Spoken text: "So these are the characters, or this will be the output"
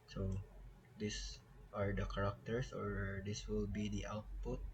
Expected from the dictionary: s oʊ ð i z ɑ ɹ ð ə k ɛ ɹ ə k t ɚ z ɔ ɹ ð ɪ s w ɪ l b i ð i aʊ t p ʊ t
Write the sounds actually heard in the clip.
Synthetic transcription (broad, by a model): s oʊ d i s ɑ ɹ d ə k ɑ ɹ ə k t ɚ s ɔ ɹ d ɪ s w ɪ l b i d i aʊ t p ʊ t